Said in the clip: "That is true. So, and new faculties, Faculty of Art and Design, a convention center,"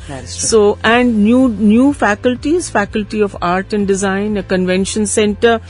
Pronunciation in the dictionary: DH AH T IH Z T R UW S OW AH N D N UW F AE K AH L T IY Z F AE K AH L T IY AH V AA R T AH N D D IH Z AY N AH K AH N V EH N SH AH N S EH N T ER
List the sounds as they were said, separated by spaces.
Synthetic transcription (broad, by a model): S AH T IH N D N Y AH N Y UW F AE K AH L T IY Z F AE K AH L T IY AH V AA R T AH N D D IH Z AY N AH K AH N V EH N SH AH N S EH N T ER